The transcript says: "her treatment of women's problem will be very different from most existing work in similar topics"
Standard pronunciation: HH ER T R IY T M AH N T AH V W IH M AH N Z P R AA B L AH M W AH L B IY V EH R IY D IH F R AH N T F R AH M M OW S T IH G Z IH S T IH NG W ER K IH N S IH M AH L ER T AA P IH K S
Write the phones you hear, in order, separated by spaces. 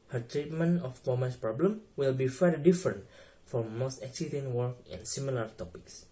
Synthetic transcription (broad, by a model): HH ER T R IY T M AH N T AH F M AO M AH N S P R AA B L AH M W AH L B IY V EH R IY D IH F R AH N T F R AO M M OW S T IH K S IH T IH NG W ER K IH N S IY M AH L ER T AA P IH K S